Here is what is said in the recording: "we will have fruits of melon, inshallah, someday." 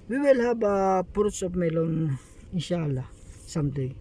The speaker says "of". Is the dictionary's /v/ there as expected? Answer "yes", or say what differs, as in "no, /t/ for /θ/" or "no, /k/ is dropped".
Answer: no, /p/ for /v/